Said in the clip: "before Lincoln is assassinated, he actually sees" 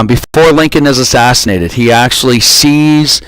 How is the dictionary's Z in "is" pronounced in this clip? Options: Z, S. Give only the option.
Z